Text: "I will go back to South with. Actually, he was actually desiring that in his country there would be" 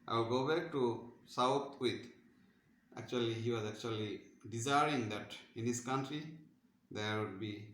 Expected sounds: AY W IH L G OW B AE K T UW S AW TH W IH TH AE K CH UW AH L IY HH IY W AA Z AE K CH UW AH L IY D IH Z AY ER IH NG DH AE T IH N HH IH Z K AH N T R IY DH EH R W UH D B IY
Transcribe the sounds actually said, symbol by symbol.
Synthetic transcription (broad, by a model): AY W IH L G OW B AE K T UW S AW T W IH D AE K CH UW AH L IY HH IY W AA Z AE K CH UW AH L IY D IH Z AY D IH NG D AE T IH N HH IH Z K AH N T R IY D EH R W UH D B IY